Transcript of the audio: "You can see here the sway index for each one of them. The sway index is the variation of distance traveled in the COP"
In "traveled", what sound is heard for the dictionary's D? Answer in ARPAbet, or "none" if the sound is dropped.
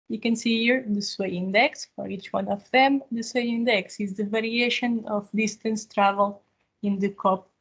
none